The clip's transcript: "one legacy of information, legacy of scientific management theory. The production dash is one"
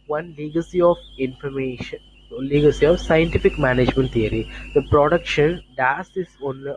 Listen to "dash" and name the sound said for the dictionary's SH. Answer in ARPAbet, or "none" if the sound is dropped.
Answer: S